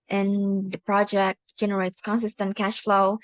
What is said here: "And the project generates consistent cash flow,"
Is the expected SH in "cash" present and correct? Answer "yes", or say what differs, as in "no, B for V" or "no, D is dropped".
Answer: yes